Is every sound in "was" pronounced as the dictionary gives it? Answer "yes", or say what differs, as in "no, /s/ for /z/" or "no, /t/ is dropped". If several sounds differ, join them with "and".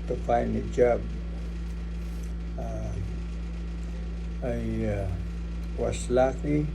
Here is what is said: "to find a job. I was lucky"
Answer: no, /s/ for /z/